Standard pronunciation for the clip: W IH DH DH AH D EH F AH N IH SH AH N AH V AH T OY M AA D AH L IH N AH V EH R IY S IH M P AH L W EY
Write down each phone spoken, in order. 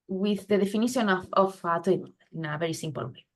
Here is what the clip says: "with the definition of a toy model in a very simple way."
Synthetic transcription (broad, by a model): W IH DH DH AH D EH F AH N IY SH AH N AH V AH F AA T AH N IH N AH V EH R IY S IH M P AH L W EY